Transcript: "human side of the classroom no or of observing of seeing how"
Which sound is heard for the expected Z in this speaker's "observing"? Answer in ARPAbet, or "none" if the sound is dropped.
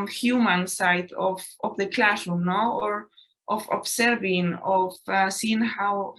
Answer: S